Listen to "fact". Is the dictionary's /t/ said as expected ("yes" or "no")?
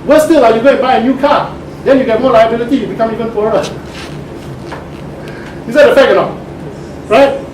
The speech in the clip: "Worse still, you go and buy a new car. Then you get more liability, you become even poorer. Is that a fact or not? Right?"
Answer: no